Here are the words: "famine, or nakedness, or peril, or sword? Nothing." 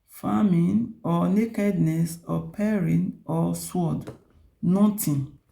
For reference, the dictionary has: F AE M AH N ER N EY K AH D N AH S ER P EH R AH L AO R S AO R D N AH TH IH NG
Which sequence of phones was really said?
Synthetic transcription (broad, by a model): F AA M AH N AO N EY K AH D N AH S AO P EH R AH N AO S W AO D N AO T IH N